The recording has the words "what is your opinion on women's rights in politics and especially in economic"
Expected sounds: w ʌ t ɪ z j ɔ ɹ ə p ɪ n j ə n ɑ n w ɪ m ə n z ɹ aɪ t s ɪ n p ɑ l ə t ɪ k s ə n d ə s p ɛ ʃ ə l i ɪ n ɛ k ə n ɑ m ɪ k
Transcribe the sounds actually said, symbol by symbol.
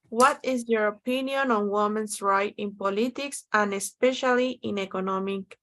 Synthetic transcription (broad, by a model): w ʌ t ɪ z j ɔ ɹ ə p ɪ n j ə n ɑ n w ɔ m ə n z ɹ aɪ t ɪ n p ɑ l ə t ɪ k s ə n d ə s p ɛ ʃ ə l i ɪ n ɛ k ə n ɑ m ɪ k